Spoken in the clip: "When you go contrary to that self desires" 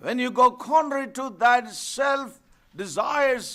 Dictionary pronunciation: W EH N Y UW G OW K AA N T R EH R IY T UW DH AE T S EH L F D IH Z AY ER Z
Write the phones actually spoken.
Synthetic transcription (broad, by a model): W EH N Y UW G OW K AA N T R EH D T UW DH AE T S EH L F D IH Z AY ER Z